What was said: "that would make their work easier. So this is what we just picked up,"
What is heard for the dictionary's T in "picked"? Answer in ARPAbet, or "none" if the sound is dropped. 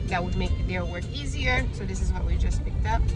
T